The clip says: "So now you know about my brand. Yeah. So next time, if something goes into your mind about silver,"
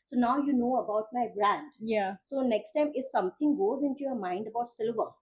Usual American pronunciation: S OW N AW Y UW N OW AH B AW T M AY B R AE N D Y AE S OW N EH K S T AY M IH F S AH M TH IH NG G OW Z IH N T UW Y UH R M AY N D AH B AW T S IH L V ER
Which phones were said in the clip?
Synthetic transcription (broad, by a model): S OW N AW Y UW N OW AH B AW T M AY B R AE N D Y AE S OW N EH K S T AY M IH F S AH M T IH NG G OW Z IH N T UW Y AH R M AY N D AH B AW T S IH L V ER